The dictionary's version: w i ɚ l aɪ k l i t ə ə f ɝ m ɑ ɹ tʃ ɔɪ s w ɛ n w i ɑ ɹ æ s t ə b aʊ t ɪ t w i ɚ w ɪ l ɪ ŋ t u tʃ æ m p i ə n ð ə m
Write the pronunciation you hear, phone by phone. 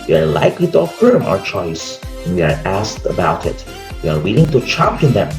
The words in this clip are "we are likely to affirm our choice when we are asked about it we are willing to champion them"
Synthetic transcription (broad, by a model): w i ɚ l aɪ k l i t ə ə f ɝ m ɑ ɹ tʃ ɔɪ s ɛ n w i ɑ ɹ æ s t ə b aʊ t ɪ t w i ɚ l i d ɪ ŋ t u tʃ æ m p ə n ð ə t